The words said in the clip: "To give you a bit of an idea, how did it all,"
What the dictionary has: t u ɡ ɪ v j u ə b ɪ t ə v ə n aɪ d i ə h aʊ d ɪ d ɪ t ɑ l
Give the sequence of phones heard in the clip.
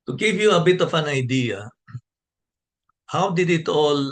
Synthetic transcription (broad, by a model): t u ɡ ɪ v j u ə b ɪ t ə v ə n aɪ d i ə h aʊ d ɪ d ɪ t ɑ l